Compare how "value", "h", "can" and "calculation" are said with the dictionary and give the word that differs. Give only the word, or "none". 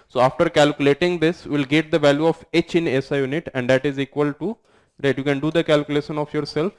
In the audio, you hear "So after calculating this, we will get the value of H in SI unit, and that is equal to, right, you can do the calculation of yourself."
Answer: none